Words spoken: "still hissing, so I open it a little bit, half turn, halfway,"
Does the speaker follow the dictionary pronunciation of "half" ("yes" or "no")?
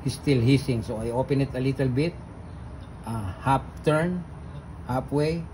no